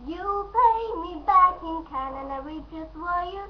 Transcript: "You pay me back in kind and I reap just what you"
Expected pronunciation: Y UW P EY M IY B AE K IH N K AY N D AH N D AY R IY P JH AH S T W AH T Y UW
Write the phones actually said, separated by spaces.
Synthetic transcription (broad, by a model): Y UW P EY M IY B AE K IH N K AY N AH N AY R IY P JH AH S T W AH Y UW